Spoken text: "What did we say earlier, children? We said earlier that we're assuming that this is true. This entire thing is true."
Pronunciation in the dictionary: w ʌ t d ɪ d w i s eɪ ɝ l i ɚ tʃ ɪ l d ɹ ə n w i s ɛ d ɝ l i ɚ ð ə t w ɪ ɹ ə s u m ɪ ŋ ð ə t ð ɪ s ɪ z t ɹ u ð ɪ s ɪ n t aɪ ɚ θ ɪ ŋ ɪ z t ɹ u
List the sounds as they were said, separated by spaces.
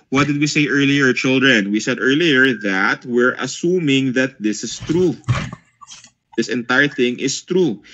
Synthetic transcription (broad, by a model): w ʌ t d ɪ d w i s eɪ ɝ l i ɚ tʃ ɪ l d ɹ ə n w i s ɛ d ɝ l i ɚ ð ə t w ɪ ɹ ə s u m ɪ ŋ ð ə t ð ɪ s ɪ s t ɹ u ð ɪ s ɪ n t aɪ ɚ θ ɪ ŋ ɪ s t ɹ u